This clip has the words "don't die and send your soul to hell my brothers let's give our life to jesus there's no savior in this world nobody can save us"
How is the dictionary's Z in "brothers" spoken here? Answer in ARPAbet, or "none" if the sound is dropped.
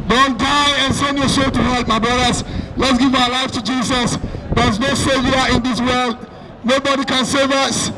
S